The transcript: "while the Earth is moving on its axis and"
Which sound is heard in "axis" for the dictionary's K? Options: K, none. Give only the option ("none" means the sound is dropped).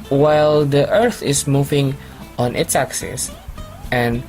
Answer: K